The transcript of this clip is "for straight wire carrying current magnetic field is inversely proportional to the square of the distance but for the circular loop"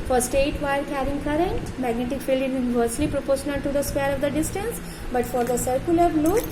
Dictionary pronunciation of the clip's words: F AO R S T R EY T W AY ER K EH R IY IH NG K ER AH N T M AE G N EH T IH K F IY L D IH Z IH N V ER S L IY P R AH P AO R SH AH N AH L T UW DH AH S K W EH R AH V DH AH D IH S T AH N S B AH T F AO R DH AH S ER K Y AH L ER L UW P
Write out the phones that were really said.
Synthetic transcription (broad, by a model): F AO R S T EY T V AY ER K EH R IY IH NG K ER AH N T M AE G N EH T IH K F IY L D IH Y IH N V ER S L IY P R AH P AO R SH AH N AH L T UW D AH S K W EH R AH V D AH D IH S T AH N S B AH T F AO R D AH S ER K Y AH L ER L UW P